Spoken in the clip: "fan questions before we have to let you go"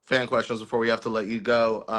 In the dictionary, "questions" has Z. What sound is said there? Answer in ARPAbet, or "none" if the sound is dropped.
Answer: Z